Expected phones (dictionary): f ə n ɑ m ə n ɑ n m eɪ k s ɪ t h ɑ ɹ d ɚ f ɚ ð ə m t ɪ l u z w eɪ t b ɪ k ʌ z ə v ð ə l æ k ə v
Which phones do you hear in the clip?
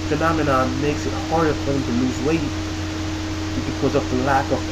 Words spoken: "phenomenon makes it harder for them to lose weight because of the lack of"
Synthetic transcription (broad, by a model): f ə n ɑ m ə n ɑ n m eɪ k s ɪ t h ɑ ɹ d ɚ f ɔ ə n t ɪ l u z w eɪ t b ɪ k ʌ z ə v ð ə l æ k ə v